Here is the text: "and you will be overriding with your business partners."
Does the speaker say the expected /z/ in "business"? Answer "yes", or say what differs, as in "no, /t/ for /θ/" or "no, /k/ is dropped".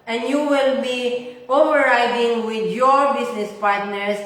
no, /s/ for /z/